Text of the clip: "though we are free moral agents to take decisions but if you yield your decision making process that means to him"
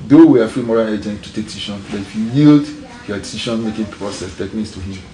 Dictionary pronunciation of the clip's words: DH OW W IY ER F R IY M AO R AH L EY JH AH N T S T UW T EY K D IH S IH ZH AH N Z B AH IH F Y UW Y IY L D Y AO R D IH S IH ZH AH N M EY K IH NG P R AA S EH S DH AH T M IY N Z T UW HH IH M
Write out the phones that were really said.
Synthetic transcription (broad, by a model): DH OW W IY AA F R IY M AO R AH L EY JH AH N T T UW T EY K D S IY SH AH N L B IH F Y UW Y IY L D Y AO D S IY SH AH N M EY K IH NG P R AA S EH S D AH T M IY N S T UW HH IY M